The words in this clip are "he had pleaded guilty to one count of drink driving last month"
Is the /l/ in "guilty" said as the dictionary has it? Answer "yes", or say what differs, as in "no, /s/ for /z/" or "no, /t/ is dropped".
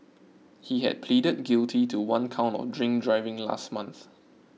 yes